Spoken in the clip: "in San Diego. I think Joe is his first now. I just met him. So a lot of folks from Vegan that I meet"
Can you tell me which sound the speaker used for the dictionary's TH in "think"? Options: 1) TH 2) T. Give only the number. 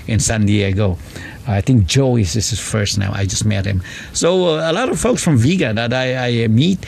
2